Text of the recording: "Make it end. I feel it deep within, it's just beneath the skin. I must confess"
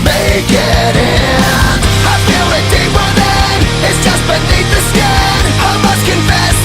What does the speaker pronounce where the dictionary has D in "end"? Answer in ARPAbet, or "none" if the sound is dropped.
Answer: none